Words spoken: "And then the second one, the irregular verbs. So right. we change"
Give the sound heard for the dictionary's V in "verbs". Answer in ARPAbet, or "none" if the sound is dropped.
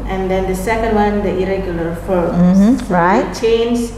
F